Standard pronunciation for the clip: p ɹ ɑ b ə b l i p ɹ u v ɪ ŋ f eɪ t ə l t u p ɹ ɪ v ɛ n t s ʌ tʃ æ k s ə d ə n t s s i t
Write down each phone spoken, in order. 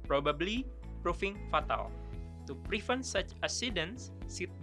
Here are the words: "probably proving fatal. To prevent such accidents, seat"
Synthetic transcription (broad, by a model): p ɹ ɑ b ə b l i p ɹ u f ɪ ŋ f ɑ t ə l t u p ɹ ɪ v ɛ n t s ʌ tʃ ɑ s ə d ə n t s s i